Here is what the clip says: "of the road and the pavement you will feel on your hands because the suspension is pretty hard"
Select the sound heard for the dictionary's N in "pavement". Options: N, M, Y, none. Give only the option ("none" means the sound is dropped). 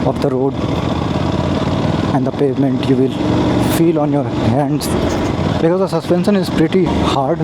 N